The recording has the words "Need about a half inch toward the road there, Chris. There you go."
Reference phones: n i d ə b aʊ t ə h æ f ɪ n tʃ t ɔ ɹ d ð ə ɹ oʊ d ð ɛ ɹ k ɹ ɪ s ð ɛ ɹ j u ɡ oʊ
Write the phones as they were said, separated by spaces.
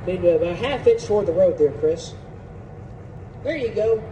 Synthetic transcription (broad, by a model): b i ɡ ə ɪ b ə h æ f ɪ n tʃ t ɔ ɹ d ð ə ɹ oʊ d ð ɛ ɹ k ɹ ɪ s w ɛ ɹ j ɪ ɡ oʊ